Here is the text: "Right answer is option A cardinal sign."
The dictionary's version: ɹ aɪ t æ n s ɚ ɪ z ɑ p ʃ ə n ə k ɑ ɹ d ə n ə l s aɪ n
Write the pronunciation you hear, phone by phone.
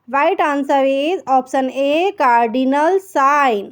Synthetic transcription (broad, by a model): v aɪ t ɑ n s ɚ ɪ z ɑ p s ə n ə k ɑ ɹ d ə n ə l s aɪ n